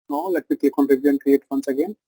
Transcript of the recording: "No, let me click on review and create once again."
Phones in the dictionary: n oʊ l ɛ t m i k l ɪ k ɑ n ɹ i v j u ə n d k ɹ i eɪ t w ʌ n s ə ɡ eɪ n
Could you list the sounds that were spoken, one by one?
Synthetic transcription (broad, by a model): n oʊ l ɛ t m i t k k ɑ n ɹ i b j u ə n k ɹ i eɪ t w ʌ n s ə ɡ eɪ n